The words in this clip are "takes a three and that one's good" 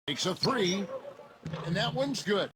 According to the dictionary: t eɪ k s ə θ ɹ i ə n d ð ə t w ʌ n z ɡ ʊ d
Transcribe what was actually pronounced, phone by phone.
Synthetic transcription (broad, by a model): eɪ k s ə θ ɹ i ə n ð ə t w ʌ n z ɡ ʊ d